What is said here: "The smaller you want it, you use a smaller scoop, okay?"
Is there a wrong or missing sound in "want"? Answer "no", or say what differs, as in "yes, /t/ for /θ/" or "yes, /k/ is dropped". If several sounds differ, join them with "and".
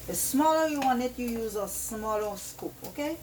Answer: yes, /t/ is dropped